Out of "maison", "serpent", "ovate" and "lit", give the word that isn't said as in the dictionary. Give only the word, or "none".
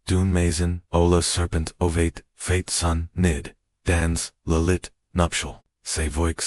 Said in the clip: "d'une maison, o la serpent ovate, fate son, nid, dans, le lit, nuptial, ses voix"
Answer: none